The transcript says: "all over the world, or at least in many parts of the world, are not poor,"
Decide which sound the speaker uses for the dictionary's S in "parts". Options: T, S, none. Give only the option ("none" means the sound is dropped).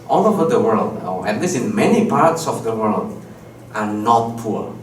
S